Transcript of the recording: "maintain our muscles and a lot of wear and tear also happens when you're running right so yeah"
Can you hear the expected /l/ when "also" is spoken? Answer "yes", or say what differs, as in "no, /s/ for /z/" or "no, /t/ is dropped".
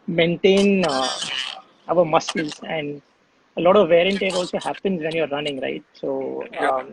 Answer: yes